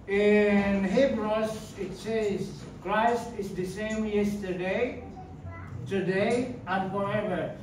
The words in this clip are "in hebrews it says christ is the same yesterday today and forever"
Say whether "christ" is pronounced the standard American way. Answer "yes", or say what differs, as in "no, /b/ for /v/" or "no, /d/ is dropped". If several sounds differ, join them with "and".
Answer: yes